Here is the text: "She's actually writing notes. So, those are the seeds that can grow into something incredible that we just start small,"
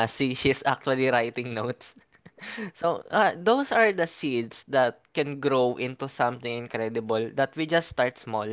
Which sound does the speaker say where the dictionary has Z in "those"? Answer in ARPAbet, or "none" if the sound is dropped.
S